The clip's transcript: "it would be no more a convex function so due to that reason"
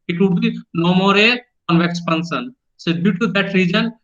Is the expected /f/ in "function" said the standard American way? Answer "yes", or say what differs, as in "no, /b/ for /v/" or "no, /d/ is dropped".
no, /p/ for /f/